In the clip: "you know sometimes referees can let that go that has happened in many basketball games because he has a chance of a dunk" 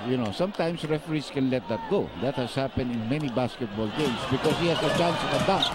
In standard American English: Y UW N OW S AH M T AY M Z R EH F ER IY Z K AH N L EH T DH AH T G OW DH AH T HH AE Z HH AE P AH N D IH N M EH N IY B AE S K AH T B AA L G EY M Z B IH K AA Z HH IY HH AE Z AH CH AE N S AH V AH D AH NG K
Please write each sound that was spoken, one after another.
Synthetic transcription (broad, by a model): Y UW N OW S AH M T AY M S R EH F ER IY S K AH N L EH T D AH T G OW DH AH T HH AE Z HH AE P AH N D IH N M EH N IY B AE S K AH T B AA L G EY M S B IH K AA S HH IY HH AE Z AH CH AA N S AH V AH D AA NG